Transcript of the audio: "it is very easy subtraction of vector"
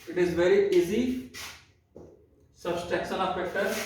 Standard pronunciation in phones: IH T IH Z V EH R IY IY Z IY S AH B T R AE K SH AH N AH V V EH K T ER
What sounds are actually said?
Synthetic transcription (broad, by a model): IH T IH Z V EH R IY IY Z IY S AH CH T EH K S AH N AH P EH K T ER